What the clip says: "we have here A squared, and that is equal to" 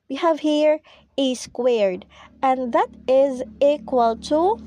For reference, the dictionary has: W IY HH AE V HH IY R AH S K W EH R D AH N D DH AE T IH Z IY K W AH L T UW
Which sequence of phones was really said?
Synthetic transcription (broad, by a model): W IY HH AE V HH IY R AH S K W EH R D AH N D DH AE T IH Z IY K W AH L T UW